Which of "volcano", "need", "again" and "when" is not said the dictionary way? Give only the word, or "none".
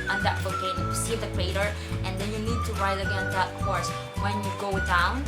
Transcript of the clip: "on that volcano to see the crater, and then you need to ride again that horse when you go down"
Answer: volcano